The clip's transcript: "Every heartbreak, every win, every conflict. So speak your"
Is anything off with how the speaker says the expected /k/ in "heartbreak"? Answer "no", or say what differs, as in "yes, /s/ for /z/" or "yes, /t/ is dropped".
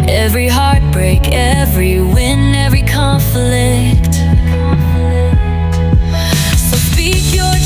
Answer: no